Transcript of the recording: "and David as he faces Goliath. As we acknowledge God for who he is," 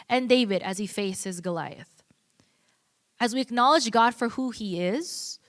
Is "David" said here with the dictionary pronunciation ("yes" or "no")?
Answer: yes